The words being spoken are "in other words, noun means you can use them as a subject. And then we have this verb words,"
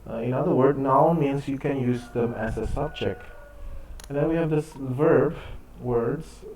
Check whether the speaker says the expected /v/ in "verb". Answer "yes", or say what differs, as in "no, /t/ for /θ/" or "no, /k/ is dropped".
yes